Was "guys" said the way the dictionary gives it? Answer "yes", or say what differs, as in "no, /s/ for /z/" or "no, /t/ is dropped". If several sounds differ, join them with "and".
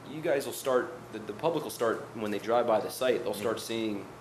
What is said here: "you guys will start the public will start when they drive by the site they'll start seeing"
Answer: yes